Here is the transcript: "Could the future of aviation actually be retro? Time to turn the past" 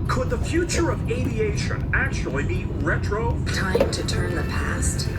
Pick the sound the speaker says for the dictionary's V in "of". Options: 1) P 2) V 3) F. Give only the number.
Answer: 2